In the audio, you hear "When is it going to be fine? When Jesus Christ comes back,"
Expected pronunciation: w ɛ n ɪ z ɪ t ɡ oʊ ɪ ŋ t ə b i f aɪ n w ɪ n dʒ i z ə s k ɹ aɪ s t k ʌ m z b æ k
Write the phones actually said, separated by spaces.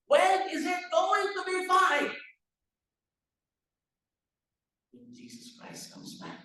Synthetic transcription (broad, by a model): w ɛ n ɪ z ɪ t ɡ oʊ ɪ ŋ t ə b i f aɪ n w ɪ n dʒ i z ə s k ɹ aɪ s t k ʌ m z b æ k